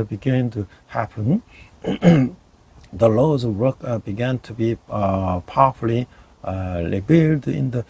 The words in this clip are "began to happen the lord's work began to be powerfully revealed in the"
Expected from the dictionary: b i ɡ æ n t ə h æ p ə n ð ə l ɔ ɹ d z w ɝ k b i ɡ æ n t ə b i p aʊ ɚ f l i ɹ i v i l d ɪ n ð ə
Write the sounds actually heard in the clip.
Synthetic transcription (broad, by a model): b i ɡ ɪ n t ə h æ p ə n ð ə l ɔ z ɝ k b i ɡ æ n t ə b i p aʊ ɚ f l i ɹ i b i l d ɪ n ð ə